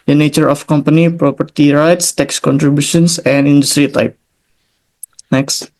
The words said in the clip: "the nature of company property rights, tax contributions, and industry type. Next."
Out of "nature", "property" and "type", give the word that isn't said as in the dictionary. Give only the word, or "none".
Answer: none